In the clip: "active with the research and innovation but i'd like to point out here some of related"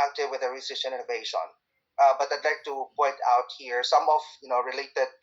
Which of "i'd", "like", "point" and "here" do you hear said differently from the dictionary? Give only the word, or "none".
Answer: none